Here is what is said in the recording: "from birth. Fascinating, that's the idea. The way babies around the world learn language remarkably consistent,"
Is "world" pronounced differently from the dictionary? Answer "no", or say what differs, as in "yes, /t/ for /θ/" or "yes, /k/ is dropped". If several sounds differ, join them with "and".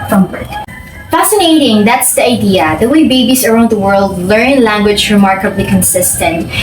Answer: no